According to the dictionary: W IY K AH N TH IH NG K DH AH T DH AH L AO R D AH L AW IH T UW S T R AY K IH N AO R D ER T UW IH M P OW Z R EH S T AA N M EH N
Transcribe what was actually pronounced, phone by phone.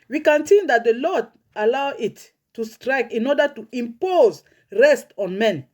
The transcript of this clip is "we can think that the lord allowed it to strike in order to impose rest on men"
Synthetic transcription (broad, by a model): W IY K AH N S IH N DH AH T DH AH L AO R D AH L AW IH T UW S T R AY K IH N AO R D ER T UW IH M P OW Z R EH S T AA N M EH N